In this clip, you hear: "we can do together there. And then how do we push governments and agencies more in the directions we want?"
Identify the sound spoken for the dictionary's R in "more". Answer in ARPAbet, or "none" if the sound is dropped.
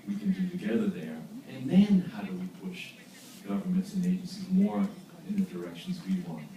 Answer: R